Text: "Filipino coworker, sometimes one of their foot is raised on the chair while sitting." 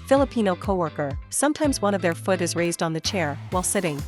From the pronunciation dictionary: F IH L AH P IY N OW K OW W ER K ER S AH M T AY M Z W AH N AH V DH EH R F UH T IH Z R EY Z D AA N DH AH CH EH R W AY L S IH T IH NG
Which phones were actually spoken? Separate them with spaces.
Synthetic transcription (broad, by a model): F IH L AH P IY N OW K OW W ER K ER S AH M T AY M Z W AH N AH V DH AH R F UH T IH Z R EY Z D N DH AH CH EH R W AY L S IH T IH NG